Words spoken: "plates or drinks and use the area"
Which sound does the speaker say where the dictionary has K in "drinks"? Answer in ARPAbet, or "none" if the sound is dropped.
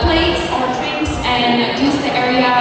none